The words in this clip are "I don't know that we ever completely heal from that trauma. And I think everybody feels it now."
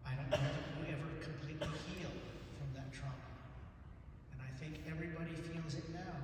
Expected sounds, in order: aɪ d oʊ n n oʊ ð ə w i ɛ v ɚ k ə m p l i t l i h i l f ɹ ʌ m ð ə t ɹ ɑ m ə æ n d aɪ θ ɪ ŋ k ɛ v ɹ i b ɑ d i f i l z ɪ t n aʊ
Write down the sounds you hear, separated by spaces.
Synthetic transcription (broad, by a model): aɪ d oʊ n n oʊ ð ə w i ɛ v ɚ k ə m p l i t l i h i l f ɹ ʌ m ð ə t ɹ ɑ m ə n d aɪ θ ɪ ŋ k ɛ v ɹ i b ɑ d i f i l z ɪ t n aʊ